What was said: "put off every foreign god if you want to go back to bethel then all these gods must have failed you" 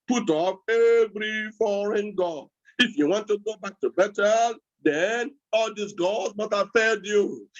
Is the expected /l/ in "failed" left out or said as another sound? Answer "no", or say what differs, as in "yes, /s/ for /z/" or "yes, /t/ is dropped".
yes, /l/ is dropped